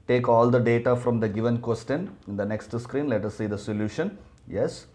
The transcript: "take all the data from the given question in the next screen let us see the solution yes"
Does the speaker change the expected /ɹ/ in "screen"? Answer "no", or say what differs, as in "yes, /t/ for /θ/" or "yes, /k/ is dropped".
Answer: no